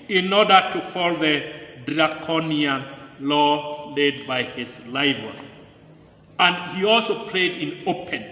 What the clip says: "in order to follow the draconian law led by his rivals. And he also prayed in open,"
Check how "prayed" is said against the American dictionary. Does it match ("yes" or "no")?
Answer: no